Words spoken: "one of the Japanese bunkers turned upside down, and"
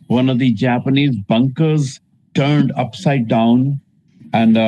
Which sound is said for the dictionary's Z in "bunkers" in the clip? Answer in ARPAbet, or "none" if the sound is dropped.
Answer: Z